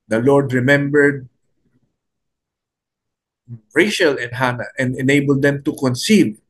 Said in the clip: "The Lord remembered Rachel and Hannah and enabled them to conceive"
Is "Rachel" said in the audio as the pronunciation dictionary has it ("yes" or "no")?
no